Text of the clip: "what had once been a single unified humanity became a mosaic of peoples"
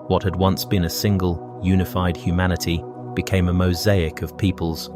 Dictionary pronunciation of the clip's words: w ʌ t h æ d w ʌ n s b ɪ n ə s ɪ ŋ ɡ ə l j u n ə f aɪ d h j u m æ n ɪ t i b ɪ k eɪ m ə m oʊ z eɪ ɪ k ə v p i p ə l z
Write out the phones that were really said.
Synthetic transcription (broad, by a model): w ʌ t h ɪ d w ʌ n s b ɪ n ə s ɪ ŋ ɡ ə l j u n ə f aɪ d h j u m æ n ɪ t i b ɪ k eɪ m ə m oʊ z eɪ ɪ k ə v p i p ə l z